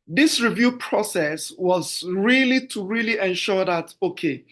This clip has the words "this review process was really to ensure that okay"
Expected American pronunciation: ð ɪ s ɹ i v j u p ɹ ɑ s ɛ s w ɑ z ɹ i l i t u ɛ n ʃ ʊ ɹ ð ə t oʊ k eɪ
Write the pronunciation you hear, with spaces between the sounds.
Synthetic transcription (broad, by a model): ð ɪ s ɹ i v j u p ɹ ɑ s ɛ s w ɑ z ɹ i l i t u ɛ n ʃ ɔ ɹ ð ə t oʊ k eɪ